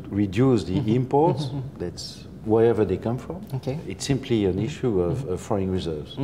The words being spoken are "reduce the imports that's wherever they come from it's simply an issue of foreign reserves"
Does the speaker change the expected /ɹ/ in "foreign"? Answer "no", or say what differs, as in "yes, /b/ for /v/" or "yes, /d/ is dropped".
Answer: yes, /ɹ/ is dropped